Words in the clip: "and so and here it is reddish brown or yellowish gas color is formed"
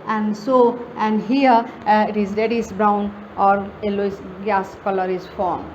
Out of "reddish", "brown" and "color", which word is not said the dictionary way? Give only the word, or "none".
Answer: reddish